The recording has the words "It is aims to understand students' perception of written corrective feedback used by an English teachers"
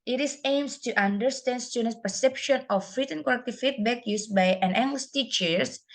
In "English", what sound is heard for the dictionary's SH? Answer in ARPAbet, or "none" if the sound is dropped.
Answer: S